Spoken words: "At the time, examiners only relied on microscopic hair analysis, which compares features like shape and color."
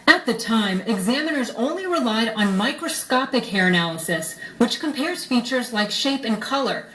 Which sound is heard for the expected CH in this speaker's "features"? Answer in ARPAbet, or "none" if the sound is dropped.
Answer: CH